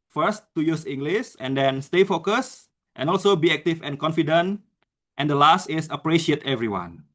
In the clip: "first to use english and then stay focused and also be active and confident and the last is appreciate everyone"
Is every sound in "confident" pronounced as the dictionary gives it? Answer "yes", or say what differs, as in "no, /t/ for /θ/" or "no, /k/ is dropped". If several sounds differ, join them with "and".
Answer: yes